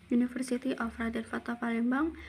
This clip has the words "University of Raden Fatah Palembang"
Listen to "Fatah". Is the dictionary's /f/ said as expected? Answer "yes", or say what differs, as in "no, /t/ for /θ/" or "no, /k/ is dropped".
yes